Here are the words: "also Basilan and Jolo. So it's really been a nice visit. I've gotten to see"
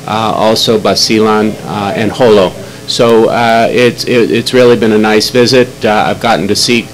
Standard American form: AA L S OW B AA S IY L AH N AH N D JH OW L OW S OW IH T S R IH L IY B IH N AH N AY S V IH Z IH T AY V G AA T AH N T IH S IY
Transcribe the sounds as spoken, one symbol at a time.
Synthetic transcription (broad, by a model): AA L S OW B AA S IY L AH N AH N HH OW L OW S OW IH T S R IH L IY B IH N AH N AY S V IH Z IH T AY V G AA T N T IH S IY